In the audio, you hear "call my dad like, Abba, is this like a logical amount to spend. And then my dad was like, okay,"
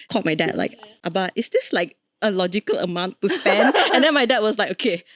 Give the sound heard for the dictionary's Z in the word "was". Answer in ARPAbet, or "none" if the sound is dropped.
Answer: S